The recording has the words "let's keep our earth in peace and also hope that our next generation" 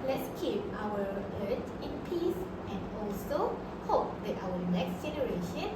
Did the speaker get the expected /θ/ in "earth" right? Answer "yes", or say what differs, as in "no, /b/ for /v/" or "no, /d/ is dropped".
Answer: no, /t/ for /θ/